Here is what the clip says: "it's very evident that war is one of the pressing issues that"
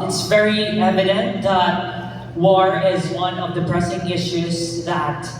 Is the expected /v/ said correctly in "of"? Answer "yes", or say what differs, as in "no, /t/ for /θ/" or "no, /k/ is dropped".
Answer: yes